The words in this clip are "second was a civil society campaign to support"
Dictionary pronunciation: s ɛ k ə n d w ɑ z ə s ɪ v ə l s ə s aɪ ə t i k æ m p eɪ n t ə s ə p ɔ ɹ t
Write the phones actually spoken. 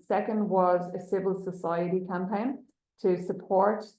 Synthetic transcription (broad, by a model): s ɛ k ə n d w ɑ z ə s ɪ v ə l s ə s aɪ ə t i k æ m p eɪ n t ə s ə p ɔ ɹ t